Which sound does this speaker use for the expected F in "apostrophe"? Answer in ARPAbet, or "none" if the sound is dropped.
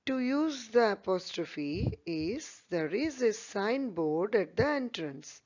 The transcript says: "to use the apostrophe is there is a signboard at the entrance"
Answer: F